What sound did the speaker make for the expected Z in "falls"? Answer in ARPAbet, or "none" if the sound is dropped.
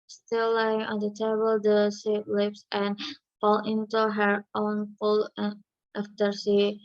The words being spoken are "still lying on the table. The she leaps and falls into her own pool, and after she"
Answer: none